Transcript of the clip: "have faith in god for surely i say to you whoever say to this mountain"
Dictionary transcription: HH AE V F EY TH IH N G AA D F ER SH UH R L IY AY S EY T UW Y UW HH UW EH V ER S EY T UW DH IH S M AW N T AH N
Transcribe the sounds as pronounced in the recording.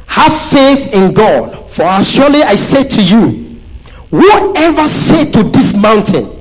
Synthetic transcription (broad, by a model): HH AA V F EY TH IH N G AA D F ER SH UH L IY AY S EY T UW Y UW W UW EH V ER S EY T UW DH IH S M AW N T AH N